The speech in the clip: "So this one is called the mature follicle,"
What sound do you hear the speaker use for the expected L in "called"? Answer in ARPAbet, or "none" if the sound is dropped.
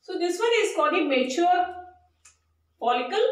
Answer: none